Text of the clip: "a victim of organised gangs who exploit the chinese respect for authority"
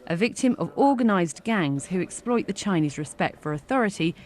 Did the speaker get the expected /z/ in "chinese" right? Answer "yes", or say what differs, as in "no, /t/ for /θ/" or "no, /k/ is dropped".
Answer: yes